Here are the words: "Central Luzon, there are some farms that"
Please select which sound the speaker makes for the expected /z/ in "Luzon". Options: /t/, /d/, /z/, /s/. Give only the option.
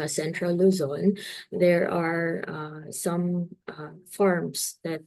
/z/